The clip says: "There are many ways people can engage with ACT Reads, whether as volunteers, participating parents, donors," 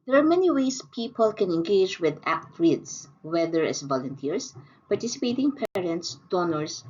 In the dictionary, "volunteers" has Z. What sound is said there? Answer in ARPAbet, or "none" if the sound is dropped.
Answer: S